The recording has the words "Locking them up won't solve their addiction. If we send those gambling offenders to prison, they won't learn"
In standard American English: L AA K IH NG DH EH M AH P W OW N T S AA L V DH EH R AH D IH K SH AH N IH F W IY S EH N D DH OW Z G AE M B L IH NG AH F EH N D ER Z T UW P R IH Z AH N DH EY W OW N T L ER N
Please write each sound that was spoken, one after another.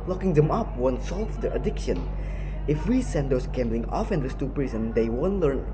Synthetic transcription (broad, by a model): L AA K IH NG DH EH M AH P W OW N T S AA L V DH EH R AH D IH K SH AH N IH F W IY S EH N D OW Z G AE M B L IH NG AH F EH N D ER S T UW P R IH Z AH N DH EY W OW N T L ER N